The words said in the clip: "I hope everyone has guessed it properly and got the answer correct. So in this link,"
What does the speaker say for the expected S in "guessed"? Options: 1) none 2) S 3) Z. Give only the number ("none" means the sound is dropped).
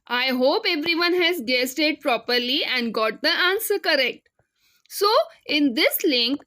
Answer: 2